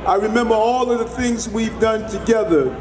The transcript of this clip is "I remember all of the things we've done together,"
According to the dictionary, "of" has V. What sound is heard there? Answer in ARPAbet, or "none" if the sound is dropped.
V